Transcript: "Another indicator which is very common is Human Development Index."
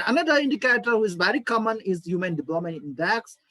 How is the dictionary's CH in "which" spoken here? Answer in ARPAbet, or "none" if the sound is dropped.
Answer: none